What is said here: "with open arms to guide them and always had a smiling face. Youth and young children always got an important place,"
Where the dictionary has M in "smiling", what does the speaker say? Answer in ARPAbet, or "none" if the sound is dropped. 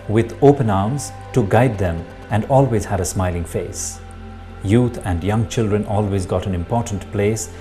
M